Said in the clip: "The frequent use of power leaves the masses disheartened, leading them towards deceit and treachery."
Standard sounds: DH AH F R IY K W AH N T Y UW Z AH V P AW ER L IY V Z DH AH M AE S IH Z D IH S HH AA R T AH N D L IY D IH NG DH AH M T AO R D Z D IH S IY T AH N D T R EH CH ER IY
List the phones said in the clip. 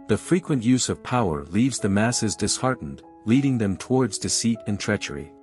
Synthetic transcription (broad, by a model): DH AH F R IY K W AH N T Y UW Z AH V P AW ER L IY V Z DH AH M AE S IH Z D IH S HH AA R T N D L IY D IH NG DH AH M T AO R D Z D IH S IY T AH N T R EH CH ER IY